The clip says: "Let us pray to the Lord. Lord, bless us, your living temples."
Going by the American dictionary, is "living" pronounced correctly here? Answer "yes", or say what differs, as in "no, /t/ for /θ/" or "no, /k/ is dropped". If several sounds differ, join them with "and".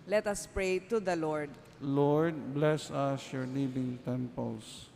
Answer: no, /b/ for /v/